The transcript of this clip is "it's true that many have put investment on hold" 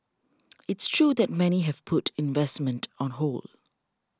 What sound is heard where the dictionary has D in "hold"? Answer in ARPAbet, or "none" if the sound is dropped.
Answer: none